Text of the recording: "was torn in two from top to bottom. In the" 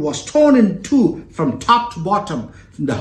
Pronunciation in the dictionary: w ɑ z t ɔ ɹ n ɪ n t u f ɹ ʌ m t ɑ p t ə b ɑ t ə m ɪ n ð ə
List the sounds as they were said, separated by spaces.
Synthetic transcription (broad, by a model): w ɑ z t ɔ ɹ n ɪ n t u f ɹ ʌ m t ɑ p t ə b ɑ t ə m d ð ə